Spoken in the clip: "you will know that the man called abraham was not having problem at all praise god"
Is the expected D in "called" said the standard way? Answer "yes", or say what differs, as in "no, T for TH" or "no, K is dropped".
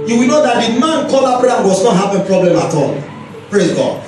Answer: no, D is dropped